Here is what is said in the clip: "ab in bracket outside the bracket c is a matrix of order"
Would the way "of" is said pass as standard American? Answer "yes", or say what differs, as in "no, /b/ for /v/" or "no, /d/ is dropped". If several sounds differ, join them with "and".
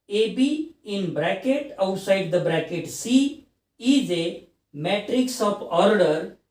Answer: no, /p/ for /v/